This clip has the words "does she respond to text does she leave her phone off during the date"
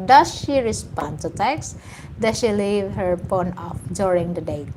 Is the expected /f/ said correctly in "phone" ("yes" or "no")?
no